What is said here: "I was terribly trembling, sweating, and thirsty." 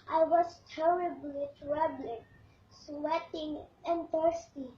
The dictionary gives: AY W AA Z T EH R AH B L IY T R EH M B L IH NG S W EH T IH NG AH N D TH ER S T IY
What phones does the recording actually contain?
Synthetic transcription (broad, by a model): AY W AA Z T EH R AH B L IY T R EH B L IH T S W EH T IH NG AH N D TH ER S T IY